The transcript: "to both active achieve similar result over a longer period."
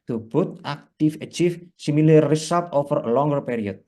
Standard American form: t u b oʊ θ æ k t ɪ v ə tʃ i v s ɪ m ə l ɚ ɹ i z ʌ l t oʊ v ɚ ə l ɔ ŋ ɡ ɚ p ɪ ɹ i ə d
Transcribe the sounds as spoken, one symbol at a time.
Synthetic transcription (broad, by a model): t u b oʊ t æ k t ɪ f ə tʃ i f s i m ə l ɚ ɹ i s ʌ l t oʊ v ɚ ə l ɔ ŋ ɡ ɚ p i ɹ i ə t